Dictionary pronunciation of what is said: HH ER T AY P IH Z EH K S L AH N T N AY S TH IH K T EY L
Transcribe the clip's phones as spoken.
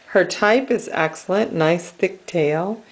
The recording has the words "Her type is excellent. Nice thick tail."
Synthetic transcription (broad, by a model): HH ER T AY P IH Z EH K S L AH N N AY S TH IH K T EY L